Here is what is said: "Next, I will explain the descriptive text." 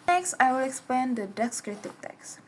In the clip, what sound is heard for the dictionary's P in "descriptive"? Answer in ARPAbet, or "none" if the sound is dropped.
none